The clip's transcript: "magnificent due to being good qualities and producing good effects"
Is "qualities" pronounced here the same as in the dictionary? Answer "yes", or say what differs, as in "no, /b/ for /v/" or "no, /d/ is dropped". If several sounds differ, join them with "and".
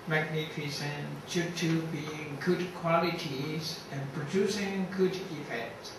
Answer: yes